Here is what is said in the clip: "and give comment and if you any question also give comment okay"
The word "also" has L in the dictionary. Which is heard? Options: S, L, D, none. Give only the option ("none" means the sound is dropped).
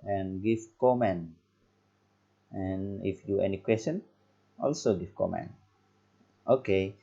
L